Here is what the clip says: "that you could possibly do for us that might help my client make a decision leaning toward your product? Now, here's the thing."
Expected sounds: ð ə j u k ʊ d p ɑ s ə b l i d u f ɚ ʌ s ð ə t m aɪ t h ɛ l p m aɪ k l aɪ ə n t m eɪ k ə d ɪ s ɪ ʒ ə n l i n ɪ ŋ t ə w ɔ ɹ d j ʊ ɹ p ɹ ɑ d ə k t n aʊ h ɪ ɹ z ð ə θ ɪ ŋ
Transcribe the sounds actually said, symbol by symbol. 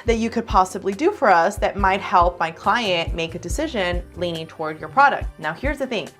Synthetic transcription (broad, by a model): ð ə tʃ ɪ k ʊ d p ɑ s ə b l i d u f ɚ ʌ s ð ə t m aɪ t h ɛ l p m aɪ k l aɪ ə n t m eɪ k ə d ɪ s ɪ ʒ ə n l i n ɪ ŋ t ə w ɔ ɹ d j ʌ ɹ p ɹ ɑ d ə k t n aʊ h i ɹ z ð ə θ ɪ ŋ